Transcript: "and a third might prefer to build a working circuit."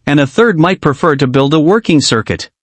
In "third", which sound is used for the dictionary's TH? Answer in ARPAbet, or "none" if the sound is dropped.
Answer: TH